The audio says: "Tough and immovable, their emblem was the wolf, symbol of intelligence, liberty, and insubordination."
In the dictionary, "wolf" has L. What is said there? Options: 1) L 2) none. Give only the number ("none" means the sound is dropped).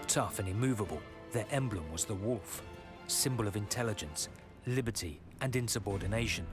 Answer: 1